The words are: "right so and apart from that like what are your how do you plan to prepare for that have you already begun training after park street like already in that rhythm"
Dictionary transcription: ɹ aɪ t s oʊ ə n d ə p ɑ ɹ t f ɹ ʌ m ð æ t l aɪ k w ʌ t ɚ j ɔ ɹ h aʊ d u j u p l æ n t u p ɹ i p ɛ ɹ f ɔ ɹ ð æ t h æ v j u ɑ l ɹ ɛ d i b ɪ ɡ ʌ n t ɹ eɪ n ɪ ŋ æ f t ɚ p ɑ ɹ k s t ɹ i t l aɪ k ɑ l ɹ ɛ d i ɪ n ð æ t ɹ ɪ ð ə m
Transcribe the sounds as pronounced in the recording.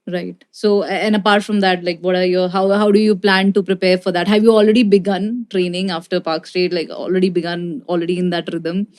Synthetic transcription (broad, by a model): ɹ aɪ t s oʊ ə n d ə p ɑ ɹ t f ɹ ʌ m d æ t l aɪ k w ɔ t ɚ j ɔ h h aʊ d u j u p l æ n t u p ɹ i p ɛ ɹ f ɔ ɹ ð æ t h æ v j u ɑ l ɹ ɛ d i b ɪ ɡ ʌ n t ɹ eɪ n ɪ ŋ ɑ f t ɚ p ɑ ɹ k s t ɛ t l aɪ k ɑ l ɹ ɛ d i ɪ n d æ t ɹ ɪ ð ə m